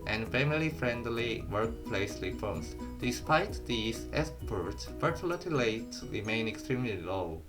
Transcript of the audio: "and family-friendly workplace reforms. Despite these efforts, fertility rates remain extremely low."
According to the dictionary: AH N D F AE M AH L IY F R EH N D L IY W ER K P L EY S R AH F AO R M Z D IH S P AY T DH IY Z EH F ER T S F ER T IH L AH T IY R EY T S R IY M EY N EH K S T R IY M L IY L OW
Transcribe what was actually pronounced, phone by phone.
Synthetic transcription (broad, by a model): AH N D F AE M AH L IY F R EH N D L IY W ER K P L EY S L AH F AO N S D IH S P AY T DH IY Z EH P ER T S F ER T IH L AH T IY L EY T R IY M EY N EH K S T R IY M L IY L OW